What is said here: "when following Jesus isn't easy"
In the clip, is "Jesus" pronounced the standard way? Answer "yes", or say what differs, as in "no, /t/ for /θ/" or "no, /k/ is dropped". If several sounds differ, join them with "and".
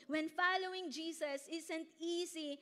no, /s/ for /z/